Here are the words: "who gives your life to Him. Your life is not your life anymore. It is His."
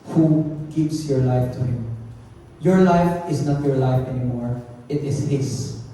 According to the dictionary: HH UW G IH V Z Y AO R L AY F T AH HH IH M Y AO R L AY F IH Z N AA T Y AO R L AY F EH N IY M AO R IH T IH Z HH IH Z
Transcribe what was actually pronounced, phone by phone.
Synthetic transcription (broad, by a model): HH UW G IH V S Y AO R L AY F T AH HH IH M Y AO R L AY F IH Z N AA T Y AO R L AY F EH N IY M AO R IH T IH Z HH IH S